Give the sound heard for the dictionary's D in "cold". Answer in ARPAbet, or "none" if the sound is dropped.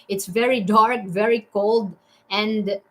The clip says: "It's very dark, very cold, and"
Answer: D